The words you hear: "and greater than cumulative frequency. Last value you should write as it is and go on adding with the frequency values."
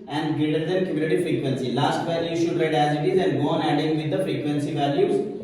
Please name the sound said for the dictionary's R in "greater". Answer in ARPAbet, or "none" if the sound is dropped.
none